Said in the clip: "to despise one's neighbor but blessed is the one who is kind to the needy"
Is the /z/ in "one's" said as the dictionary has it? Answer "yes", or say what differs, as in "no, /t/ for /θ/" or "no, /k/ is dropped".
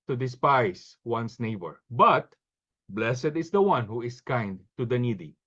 no, /s/ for /z/